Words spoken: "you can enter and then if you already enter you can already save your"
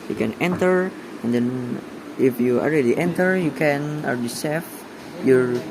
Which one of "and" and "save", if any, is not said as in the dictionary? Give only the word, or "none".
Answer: save